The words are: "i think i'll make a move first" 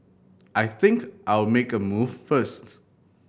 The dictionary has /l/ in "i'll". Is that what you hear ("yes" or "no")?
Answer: no